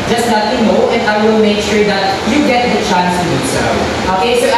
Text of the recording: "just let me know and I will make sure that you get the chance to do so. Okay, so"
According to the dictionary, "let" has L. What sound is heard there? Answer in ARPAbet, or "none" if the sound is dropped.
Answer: N